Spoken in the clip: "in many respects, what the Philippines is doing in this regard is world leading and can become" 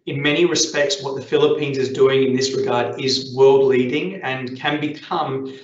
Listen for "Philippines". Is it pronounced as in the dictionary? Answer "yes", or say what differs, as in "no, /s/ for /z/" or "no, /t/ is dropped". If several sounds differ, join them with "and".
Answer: yes